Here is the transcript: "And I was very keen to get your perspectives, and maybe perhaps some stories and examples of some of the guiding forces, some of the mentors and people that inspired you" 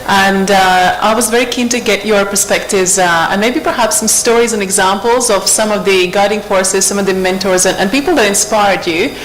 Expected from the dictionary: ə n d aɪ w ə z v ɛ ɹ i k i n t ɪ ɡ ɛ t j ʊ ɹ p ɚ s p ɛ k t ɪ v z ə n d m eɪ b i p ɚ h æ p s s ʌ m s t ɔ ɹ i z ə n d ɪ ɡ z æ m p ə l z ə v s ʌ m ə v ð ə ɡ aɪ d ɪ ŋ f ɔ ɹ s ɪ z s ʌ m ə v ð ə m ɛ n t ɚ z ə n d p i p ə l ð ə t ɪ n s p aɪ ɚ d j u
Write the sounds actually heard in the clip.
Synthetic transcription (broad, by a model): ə n d aɪ w ə z v ɛ ɹ i k i n t ɪ ɡ ɛ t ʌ ɹ p ɚ s p ɛ k t ɪ v z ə n m eɪ b i p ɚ h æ p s s ʌ m s t ɔ ɹ i z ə n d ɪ ɡ z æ m p l z ə v s ʌ m ə v ð ə ɡ aɪ d ɪ ŋ f ɔ ɹ s ɪ z s ʌ m ə v ð ə m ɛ n t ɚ z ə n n p i p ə l ð ə t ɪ n s p aɪ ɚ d j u